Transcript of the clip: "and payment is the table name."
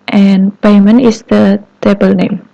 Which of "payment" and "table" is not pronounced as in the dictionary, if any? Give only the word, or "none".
payment